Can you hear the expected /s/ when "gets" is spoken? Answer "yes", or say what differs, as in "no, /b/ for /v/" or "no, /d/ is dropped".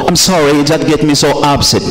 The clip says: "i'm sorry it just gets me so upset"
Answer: no, /s/ is dropped